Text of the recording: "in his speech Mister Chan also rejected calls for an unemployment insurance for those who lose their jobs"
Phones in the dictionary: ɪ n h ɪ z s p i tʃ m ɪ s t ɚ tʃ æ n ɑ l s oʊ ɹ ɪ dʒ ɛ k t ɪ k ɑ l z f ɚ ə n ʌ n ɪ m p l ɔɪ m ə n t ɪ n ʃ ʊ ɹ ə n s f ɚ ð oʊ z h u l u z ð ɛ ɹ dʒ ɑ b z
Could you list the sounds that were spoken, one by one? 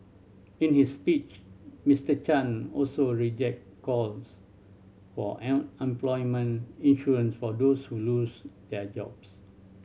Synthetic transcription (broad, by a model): ɪ n h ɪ s p i tʃ m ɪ s t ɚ tʃ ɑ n ɑ l s oʊ ɹ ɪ dʒ ɛ k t k ɑ l s f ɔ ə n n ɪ m p l ɔɪ m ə n ɪ n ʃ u ɹ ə n s f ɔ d oʊ s h u l u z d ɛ dʒ ɑ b s